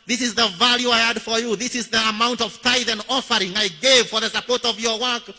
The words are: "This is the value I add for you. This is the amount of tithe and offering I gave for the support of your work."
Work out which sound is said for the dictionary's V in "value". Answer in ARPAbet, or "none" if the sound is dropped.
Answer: V